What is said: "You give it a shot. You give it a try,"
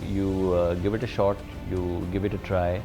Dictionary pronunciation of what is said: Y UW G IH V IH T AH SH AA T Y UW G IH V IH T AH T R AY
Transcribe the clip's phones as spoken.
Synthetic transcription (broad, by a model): Y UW G IH V IH T AH SH AA T Y UW G IH V IH T AH T R AY